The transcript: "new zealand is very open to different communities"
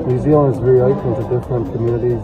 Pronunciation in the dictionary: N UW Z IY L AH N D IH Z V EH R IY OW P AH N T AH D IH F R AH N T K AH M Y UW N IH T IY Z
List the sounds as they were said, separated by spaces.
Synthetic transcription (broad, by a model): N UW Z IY AH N IH Z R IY IY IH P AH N T AH D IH F R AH N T K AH M Y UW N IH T IY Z